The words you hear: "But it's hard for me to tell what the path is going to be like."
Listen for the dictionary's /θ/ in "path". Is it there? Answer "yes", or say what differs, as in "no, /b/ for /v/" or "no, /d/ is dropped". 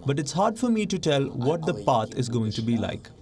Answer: no, /t/ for /θ/